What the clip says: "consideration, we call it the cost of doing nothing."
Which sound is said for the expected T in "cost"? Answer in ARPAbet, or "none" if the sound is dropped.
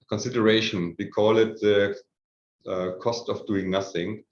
T